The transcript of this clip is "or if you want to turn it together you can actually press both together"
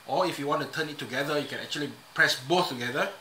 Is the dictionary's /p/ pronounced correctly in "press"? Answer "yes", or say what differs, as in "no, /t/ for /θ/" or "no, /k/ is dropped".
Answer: yes